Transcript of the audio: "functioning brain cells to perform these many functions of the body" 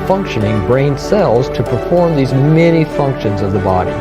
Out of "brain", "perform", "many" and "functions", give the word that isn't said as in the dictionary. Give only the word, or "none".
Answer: none